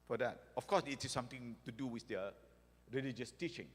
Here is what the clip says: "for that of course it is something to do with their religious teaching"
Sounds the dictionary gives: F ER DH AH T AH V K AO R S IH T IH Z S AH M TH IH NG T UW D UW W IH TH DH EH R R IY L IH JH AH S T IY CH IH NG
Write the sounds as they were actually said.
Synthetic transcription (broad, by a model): F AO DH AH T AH F K AO S IH T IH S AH M T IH NG T UW D UW W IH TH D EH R R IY L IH JH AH S T IY CH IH NG